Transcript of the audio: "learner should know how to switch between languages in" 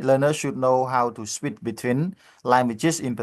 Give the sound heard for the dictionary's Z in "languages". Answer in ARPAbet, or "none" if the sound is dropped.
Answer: S